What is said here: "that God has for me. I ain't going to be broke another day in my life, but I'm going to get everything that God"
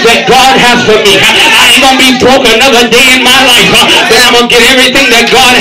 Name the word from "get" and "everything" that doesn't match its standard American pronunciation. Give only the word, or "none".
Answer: none